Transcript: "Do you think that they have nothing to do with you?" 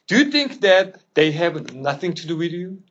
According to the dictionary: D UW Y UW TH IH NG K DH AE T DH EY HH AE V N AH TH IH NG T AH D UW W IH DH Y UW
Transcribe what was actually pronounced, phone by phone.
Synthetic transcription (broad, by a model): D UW Y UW TH IH NG K DH AE T DH EY HH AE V N AH TH IH NG T AH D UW W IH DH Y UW